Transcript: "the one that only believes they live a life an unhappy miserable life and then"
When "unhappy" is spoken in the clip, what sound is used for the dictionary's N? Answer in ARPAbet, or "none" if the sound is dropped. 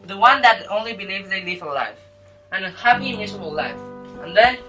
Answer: none